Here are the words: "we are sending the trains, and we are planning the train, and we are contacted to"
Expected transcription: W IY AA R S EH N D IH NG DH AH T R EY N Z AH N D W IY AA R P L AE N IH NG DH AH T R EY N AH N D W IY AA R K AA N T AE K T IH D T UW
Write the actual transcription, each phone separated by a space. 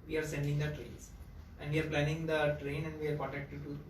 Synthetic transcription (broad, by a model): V IY AA R S EH N D IH NG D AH T R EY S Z AH N D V IY AA R P L AE N IH NG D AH T R EY N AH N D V IY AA R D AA T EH K T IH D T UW